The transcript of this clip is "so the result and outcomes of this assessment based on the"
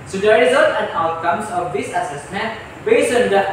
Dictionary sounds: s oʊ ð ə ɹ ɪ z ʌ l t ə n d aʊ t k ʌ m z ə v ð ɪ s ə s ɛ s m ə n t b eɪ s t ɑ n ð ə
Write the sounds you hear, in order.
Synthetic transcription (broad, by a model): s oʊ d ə ɹ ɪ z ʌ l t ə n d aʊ t k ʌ m s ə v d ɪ s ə s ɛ s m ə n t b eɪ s ɑ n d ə